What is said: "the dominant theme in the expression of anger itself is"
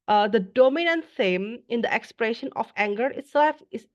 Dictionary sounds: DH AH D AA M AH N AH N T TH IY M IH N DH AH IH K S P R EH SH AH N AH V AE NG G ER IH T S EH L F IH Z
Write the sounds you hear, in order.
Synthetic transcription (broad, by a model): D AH D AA M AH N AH N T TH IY M IH N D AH IH K S P R EH SH AH N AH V AE NG G ER IH T S EH L F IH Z